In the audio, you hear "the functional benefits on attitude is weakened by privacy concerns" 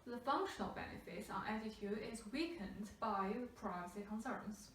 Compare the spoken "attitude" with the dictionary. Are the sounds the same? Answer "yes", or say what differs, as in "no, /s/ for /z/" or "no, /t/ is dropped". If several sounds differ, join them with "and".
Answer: no, /d/ is dropped